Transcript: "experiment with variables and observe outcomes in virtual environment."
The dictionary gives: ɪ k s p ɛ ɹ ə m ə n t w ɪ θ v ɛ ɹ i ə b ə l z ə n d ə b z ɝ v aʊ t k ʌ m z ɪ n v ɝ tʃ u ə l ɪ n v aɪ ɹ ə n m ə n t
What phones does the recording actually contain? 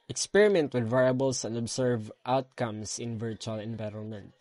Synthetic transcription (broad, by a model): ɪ k s p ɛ ɹ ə m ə n t w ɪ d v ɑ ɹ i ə b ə l s ə n d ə b s ɝ v aʊ t k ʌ m s ɪ n v ɝ tʃ u ə l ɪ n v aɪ ɹ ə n m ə n t